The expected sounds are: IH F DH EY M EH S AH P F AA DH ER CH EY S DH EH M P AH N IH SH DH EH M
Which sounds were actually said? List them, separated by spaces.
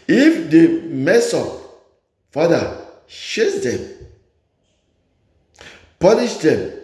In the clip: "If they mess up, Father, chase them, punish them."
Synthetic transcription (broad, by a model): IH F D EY M EH S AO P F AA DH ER SH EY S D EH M P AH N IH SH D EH M